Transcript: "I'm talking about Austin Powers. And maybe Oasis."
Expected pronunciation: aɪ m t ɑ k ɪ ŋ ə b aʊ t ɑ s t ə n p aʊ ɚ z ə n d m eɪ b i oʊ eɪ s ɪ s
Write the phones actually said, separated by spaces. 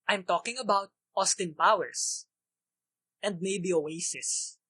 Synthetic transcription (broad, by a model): aɪ m t ɑ k ɪ ŋ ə b aʊ t ɑ s t ə n p aʊ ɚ s ə n d m eɪ b i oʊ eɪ s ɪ s